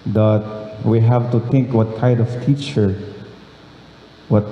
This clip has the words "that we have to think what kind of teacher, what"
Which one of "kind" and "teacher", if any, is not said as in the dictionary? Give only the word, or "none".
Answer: kind